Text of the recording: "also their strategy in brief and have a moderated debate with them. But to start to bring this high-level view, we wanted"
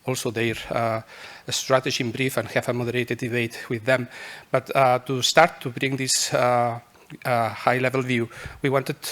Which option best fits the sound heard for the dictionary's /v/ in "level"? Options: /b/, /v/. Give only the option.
/v/